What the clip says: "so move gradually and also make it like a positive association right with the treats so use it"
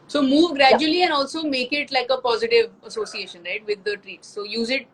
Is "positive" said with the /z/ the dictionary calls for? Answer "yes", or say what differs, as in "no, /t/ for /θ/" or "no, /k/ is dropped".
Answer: yes